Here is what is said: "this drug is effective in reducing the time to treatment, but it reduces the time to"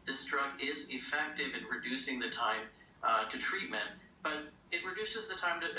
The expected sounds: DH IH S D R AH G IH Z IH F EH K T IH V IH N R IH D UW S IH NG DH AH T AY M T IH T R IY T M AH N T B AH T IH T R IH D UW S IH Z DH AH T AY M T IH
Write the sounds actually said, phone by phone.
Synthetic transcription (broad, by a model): DH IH S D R AH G IH Z IH F EH K T IH V IH N R IH D UW S IH NG DH AH T AY M T IH T R IY T M AH N T B AH T IH T R IH D UW S IH Z DH AH T AY M T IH